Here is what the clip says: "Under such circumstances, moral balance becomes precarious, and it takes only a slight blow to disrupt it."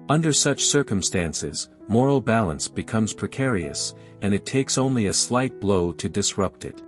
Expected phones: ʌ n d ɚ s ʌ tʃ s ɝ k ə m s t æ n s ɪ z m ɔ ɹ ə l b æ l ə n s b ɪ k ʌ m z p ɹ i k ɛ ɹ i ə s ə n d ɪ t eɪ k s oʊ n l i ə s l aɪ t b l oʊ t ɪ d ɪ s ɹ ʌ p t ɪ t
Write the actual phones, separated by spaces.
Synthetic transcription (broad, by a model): ʌ n d ɚ s ʌ tʃ s ɝ k ə m s t æ n s ɪ z m ɔ ɹ l b æ l ə n s b ɪ k ʌ m z p ɹ i k ɛ ɹ i ə s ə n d ɪ t eɪ k s oʊ n l i ə s l aɪ t b l oʊ t ɪ d ɪ s ɹ ʌ p t ɪ t